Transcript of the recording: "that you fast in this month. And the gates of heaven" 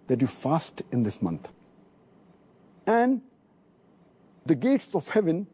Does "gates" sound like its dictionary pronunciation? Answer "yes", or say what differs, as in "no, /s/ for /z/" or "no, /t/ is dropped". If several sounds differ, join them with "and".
yes